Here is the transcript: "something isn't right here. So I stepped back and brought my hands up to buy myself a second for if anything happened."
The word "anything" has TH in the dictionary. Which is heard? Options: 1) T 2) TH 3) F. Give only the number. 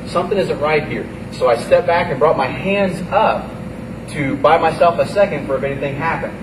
2